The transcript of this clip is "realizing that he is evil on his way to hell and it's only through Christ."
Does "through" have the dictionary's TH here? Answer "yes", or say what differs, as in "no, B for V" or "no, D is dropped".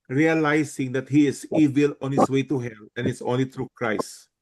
no, T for TH